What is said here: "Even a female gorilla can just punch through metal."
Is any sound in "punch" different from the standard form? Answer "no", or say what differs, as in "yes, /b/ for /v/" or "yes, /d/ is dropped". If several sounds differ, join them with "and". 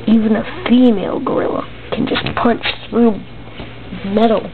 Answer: no